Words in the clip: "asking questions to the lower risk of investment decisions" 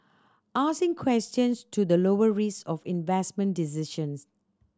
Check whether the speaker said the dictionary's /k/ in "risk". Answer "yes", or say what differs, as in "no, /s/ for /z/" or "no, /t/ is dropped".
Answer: no, /k/ is dropped